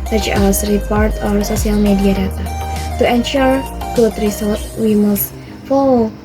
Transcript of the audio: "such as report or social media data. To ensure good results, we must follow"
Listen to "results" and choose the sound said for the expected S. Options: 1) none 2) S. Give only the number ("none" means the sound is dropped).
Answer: 1